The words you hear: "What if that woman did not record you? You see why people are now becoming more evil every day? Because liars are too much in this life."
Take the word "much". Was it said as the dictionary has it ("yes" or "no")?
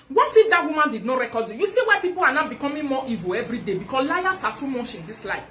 no